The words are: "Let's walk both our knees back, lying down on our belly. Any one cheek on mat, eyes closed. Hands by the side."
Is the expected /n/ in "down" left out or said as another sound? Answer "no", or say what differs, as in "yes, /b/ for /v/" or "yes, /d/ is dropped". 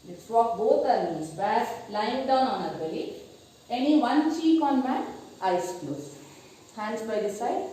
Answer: no